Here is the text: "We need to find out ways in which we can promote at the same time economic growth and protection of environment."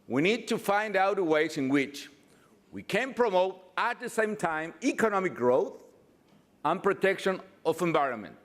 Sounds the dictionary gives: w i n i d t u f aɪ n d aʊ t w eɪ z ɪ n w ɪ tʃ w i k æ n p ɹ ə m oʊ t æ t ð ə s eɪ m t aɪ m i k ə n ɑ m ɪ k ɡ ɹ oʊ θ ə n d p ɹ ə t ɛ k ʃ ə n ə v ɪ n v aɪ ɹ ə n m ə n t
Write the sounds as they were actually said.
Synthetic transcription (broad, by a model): w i n i d t u f aɪ n d aʊ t w eɪ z ɪ n w ɪ tʃ w i k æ n p ɹ ə m oʊ t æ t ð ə s eɪ m t aɪ m i k ə n ɑ m ɪ k ɡ ɹ oʊ θ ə n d p ɹ ə t ɛ k ʃ ə n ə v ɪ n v aɪ ɹ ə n m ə n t